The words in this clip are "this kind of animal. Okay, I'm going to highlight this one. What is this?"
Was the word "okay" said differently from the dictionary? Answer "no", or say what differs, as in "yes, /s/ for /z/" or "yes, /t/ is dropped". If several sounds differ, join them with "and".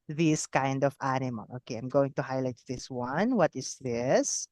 no